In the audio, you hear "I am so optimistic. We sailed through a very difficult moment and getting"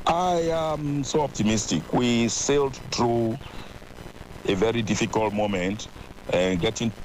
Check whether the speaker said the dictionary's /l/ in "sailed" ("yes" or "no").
yes